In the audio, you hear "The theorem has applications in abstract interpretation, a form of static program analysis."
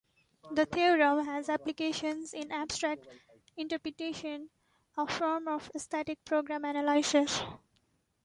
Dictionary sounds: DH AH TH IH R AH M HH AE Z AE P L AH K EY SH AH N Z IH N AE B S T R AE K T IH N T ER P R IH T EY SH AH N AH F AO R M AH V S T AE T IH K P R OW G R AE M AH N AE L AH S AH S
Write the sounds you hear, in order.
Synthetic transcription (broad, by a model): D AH T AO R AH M HH AE Z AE P L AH K EY SH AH N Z IH N AE B S T R AE K T IH N T ER P R IH T EY SH AH N AH F AO R M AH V S T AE T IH K P R OW G R AE M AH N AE L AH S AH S